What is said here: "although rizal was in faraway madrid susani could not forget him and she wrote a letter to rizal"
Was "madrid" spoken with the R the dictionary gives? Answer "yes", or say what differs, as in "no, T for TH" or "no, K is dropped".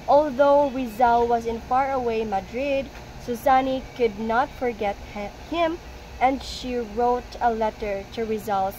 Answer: yes